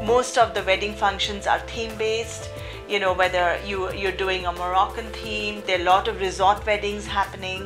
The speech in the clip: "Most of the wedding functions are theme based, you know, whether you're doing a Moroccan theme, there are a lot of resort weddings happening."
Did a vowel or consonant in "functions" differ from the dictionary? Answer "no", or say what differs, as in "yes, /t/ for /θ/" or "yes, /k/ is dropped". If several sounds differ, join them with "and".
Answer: no